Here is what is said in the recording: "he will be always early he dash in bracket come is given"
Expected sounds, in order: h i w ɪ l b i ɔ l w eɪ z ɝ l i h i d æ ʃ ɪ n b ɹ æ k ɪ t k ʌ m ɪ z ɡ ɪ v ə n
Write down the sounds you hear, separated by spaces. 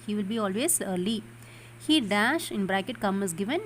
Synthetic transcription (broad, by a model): h i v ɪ l b i ɔ l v eɪ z ɝ l i h i d æ ʃ ɪ n b ɹ æ k ɪ t k ʌ m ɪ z ɡ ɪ v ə n